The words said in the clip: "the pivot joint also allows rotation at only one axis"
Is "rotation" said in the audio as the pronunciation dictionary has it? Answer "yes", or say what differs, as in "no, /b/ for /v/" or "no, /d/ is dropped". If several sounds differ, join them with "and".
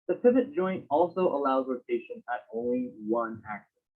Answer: no, /l/ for /ɹ/